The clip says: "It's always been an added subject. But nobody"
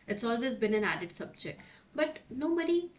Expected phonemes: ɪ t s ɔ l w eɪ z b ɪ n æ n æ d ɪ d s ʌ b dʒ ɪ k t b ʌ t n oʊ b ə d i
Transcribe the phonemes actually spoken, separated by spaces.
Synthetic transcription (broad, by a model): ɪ t s ɔ l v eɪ z b ɪ n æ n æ d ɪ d s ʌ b tʃ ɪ b ʌ t n oʊ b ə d i